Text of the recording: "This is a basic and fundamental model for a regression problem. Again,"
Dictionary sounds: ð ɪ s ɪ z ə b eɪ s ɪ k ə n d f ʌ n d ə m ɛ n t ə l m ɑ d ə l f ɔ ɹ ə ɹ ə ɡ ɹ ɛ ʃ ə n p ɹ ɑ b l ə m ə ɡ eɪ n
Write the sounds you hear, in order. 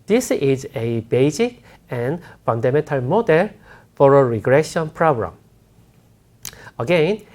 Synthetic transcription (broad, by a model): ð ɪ s ɪ z ə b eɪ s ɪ k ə n f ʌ n d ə m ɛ n t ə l m ɑ d ə l f ɔ ɹ ə ɹ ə ɡ ɹ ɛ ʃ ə n p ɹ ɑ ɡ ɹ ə m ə ɡ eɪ n